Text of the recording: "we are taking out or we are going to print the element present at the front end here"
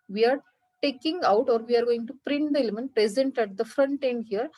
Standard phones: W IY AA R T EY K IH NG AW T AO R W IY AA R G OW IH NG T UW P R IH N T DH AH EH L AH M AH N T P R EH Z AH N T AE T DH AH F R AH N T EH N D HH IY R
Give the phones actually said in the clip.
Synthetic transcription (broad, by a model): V IY AA R T EY K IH NG AW T AO R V IY AA R G OW IH NG T UW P R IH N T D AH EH L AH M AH N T P R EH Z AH N T AE T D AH F R AH N T EH N D HH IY R